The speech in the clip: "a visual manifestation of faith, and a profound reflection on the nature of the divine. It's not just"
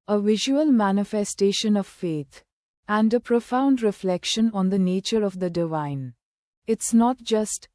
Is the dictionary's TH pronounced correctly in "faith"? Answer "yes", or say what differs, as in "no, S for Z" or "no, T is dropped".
no, T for TH